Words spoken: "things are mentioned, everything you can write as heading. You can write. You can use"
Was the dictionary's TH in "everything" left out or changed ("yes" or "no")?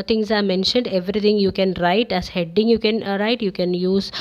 yes